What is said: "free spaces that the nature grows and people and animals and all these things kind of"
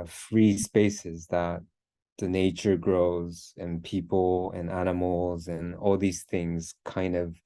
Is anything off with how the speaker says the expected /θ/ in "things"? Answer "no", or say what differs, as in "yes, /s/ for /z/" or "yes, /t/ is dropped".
no